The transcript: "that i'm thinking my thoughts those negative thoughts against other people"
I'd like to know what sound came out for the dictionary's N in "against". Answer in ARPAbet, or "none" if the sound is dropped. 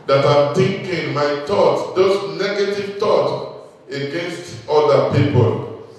N